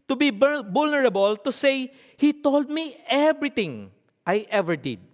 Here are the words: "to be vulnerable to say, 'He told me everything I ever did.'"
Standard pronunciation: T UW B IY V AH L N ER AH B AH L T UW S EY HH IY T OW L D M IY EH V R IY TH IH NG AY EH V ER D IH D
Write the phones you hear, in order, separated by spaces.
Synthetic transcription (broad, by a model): T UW B IY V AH L N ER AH B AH L T UW S EY HH IY T OW L D M IY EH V R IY T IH NG AY EH V ER D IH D